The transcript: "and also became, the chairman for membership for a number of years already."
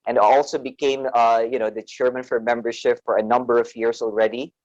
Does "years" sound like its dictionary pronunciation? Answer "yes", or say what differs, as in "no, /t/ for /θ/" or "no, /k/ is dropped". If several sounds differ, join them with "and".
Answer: no, /s/ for /z/